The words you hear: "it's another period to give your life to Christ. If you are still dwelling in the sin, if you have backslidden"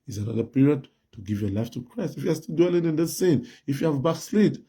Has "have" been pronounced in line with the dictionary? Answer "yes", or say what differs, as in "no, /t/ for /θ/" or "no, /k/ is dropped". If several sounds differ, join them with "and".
yes